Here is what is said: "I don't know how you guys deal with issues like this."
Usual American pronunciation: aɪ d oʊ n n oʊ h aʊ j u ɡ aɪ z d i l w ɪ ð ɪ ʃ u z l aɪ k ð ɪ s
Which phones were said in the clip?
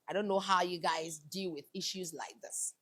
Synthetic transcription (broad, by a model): aɪ d oʊ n n oʊ h aʊ j u ɡ aɪ z d i l w ɪ ð ɪ ʃ u z l aɪ k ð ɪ s